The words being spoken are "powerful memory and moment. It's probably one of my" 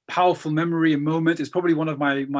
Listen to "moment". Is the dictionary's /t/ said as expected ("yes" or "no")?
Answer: yes